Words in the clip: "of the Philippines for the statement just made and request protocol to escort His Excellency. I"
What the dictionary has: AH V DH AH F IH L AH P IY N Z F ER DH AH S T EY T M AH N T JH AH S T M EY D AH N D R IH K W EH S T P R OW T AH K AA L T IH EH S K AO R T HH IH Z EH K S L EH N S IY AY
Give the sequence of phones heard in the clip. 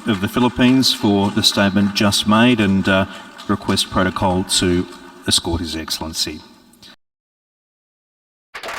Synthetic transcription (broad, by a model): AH V DH AH F IH L AH P IY N Z F ER DH AH S T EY T M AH N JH AH S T M EY D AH N R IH K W EH S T P R OW T AH K AA L T IH EH S K AO R T HH IH Z EH K S L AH N S IY